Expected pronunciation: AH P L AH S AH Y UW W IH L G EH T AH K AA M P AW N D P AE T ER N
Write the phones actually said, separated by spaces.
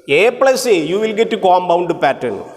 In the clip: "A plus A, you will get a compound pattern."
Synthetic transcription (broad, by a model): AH P L AH S AH Y UW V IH L G EH T AH K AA M B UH N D P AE T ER N